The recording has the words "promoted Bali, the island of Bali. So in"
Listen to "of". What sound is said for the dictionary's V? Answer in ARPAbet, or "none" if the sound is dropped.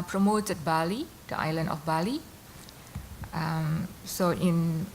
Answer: F